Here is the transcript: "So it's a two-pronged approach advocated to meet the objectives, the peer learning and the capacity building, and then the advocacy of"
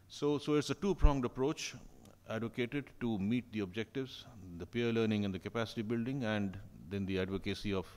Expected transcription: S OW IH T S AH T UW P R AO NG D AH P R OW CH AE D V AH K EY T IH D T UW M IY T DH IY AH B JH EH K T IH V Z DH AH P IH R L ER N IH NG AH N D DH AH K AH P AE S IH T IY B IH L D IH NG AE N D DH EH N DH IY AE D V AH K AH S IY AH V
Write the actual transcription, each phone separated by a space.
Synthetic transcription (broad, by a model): S OW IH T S AH T UW P R AO NG D AH P R OW CH AE D V AH K EY T IH D T UW M IY T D IY AH B JH EH K T IH V Z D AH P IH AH L ER N IH NG AH N D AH K AH P AE S IH T IY B IH L D IH NG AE N D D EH N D IY AE D V AH K AH S IY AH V